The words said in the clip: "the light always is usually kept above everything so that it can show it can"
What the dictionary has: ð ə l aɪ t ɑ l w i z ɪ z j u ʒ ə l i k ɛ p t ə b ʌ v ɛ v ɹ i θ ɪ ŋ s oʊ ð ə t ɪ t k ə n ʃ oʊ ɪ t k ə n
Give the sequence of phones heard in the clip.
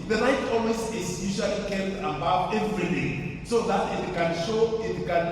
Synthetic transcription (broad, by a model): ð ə n aɪ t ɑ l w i s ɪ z j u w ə l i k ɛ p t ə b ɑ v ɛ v ɹ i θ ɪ s oʊ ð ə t ɪ t k ə n ʃ oʊ ɪ t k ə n